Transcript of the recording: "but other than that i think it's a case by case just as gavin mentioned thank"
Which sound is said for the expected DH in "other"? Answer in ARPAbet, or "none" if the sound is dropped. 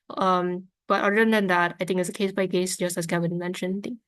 none